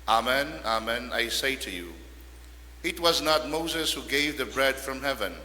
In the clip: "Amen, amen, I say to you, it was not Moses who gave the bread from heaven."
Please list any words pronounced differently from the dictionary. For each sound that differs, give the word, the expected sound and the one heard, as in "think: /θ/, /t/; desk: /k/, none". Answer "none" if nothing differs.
none